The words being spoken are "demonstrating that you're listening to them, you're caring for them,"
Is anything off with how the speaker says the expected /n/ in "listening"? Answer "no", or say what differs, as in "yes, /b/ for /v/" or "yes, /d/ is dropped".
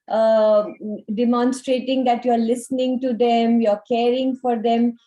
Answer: no